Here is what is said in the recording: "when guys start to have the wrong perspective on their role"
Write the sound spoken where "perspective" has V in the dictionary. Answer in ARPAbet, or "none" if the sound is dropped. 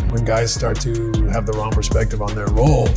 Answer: V